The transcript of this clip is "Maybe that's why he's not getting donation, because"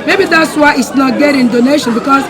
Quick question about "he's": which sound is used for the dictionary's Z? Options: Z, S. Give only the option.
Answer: S